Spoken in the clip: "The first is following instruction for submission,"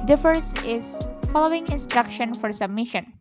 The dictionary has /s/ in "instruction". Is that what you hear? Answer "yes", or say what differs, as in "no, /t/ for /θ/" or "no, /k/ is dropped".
yes